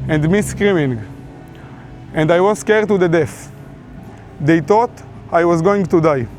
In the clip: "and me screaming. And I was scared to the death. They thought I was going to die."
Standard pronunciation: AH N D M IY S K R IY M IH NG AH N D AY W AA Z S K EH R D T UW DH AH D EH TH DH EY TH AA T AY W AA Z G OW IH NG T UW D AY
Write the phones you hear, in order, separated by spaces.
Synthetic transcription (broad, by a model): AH N D M IY S K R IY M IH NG AH N D AY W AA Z S K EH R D T UW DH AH D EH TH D EY T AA T AY W AA Z G OW IH NG T UW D AY